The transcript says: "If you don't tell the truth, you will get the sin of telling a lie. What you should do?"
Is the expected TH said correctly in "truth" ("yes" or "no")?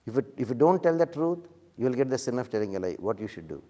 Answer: no